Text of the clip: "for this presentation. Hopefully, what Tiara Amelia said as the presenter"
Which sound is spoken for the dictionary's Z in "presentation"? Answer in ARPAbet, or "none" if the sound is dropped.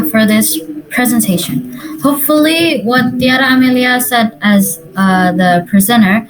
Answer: Z